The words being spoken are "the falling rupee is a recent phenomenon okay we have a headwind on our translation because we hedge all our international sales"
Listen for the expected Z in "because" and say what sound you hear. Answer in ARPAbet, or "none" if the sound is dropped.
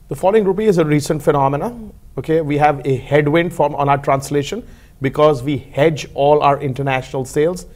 Z